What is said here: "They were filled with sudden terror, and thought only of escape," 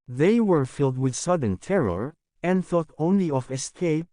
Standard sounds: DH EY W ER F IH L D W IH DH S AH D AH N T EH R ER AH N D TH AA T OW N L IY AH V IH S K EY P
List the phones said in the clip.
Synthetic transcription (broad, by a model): DH EY W ER F IH L D W IH DH S AH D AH N T EH R ER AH N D TH AA T OW N L IY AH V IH S K EY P